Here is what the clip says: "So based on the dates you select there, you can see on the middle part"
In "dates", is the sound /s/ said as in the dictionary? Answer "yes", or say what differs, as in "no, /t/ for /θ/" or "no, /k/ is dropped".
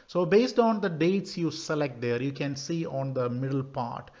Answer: yes